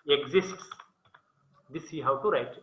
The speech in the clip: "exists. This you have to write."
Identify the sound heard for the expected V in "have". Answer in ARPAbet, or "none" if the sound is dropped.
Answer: W